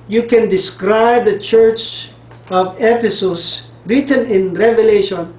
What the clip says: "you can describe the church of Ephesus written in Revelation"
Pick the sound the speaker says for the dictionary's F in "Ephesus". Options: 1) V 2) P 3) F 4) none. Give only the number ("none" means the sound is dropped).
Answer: 2